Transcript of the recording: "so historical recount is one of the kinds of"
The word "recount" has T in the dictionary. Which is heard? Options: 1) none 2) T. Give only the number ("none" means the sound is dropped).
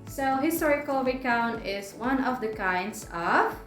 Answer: 1